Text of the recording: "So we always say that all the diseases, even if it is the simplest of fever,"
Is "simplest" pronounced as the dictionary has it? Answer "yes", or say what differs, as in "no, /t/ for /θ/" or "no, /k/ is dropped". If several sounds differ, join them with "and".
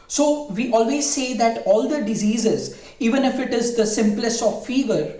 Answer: yes